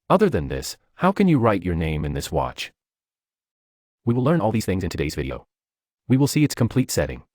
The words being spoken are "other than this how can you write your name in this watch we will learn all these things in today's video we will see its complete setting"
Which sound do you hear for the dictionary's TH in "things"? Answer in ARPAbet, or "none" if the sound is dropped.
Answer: TH